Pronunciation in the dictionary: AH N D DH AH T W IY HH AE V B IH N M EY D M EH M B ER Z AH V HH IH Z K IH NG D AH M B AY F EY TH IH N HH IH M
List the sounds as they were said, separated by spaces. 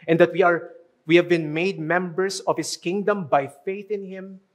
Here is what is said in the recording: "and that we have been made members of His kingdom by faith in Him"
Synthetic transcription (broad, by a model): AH N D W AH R W IY HH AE V B IH N M EY D M EH M B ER S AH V HH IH S K IH NG D AH M B AY F EY TH IH N HH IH M